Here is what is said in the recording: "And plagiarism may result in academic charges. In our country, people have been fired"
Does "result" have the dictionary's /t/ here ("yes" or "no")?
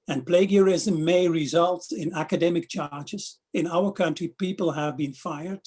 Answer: yes